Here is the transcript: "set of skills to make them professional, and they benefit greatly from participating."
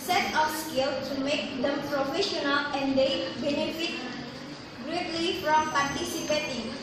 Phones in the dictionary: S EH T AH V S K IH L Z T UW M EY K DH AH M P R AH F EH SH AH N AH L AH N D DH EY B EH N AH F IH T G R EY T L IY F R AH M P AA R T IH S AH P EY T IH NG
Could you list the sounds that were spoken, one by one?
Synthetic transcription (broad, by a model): S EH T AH F S K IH L T UW M EY K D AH M P R AH F EH SH AH N AH L AH N D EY B EH N AH F IH T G R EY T L IY F R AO M P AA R T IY S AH P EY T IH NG